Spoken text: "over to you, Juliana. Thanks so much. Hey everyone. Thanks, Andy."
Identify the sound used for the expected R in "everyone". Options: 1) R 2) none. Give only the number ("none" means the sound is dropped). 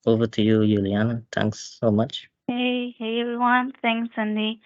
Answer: 2